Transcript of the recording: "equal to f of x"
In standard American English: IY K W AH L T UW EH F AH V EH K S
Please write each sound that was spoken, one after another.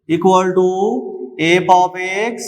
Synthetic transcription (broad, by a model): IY K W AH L T UW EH P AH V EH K S